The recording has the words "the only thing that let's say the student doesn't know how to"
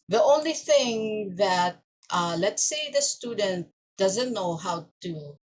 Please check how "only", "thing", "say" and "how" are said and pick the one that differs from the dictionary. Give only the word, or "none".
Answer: none